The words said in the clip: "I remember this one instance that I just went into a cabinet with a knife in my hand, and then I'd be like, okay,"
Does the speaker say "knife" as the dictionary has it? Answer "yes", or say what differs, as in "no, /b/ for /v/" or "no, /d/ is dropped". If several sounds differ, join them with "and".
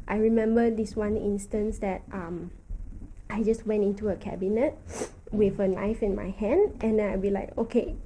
yes